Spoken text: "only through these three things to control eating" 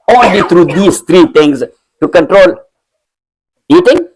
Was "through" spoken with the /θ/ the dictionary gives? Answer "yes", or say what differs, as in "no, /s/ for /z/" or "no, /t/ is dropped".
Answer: no, /t/ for /θ/